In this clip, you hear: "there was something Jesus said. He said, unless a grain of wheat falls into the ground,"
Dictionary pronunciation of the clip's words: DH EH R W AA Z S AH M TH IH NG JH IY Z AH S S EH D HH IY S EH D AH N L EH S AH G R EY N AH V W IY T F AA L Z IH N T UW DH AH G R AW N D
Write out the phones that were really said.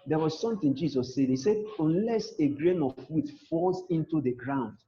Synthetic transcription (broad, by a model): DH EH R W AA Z S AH M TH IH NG JH IY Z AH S S EH D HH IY S EH D AH N L EH S AH G R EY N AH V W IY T F AA L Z IH N T UW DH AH G R AW N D